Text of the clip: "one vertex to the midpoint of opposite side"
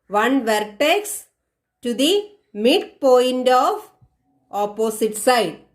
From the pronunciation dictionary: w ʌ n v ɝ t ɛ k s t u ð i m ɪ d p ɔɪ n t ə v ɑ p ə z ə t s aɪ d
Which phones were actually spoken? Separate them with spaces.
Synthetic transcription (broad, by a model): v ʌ n v ɝ t ɛ k s t u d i m ɪ d p ɔɪ n t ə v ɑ p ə s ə t s aɪ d